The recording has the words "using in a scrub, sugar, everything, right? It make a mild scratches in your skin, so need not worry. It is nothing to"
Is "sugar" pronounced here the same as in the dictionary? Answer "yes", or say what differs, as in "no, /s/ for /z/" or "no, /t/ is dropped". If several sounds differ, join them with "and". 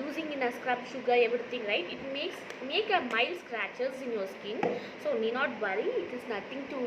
yes